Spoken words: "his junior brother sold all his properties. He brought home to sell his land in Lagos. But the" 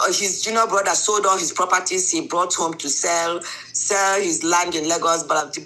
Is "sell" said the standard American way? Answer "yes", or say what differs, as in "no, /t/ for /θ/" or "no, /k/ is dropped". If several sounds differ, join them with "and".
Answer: yes